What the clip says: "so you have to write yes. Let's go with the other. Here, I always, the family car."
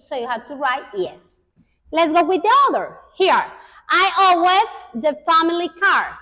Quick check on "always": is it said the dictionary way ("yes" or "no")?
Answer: no